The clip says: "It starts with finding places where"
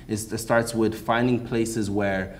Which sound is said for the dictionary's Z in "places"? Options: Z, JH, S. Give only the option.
Z